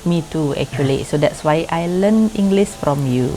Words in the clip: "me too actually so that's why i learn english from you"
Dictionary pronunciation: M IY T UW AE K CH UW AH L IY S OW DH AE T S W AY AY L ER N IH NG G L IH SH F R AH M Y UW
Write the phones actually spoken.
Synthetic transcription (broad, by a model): M IY T UW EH K CH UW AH L IY S OW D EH T S W AY AY L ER N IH NG G L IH S F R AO M Y UW